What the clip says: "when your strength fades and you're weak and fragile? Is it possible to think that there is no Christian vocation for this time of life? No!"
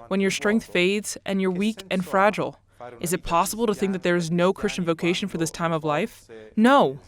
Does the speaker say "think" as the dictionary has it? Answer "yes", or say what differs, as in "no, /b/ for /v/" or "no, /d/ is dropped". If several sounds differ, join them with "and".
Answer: yes